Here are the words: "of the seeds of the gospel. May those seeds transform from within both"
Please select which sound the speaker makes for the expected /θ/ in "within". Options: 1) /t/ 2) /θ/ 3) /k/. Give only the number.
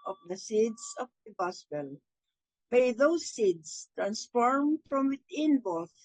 1